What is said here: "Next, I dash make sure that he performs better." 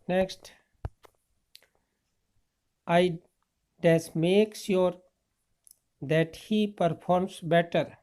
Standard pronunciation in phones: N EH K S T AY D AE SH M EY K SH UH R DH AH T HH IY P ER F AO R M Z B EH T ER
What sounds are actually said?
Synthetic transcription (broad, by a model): N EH K S T AY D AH S M EY K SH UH R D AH T HH IY P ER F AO R M S B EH T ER